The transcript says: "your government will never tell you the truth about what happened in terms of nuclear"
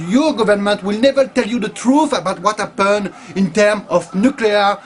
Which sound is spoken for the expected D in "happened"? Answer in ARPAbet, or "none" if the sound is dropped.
none